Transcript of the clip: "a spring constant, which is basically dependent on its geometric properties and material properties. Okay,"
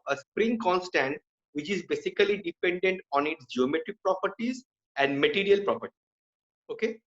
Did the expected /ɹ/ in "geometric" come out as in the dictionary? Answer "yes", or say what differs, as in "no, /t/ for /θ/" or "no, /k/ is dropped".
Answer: yes